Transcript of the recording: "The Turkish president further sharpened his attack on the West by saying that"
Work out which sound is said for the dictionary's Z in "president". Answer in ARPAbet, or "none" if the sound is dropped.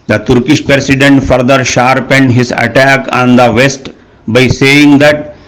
S